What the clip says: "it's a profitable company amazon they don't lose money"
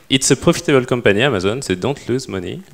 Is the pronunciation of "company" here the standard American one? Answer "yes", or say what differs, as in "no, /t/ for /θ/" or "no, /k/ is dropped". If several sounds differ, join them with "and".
no, /m/ is dropped